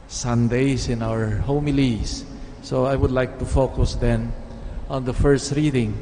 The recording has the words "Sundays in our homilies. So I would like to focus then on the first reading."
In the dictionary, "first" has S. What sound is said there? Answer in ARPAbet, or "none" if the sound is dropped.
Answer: S